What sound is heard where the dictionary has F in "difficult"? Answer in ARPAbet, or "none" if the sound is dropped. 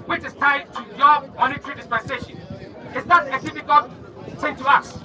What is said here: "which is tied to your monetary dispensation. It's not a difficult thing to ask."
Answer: P